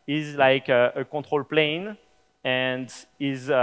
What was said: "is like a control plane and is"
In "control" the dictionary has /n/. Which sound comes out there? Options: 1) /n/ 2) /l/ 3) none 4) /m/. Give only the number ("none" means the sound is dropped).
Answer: 3